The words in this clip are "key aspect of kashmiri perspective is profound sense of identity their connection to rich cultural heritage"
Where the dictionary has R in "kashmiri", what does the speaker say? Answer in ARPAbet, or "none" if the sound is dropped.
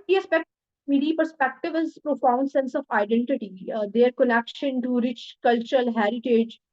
none